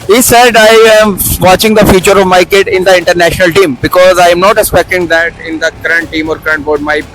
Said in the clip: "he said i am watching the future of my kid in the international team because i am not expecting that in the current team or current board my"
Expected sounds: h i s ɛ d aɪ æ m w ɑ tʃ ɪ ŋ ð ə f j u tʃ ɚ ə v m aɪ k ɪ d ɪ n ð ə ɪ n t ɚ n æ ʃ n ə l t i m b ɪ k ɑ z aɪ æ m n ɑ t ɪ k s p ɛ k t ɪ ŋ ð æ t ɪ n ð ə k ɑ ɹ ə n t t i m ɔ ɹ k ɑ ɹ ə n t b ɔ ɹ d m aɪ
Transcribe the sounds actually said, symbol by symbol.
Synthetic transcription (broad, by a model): h i s ɛ d aɪ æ m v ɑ tʃ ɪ ŋ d ə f j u tʃ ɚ ə v m aɪ k ɪ d ɪ n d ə ɪ n t ɚ n æ ʃ n ə l t i m b ɪ k ɑ z aɪ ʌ m n ɑ t ɪ k s p ɛ k t ɪ ŋ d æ t ɪ n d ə k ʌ ɹ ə n t t i m ɔ ɹ k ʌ ɹ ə n t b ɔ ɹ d m aɪ